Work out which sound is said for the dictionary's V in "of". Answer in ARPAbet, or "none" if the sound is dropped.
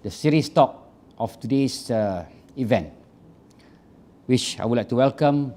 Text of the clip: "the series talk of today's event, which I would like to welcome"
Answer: F